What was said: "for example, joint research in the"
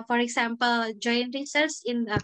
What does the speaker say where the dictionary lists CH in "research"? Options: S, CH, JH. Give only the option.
S